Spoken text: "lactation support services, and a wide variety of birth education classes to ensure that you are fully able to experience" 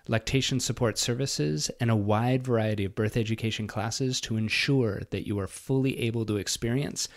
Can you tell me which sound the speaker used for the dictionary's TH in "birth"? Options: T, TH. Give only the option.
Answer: TH